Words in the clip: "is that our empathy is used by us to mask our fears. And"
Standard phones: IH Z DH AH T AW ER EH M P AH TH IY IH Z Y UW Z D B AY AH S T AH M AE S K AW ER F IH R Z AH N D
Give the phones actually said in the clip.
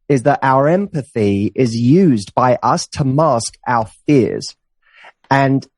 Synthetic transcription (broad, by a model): IH Z DH AH T AW ER EH M P AH TH IY IH Z Y UW Z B AY AH S T AH M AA S K AW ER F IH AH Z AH N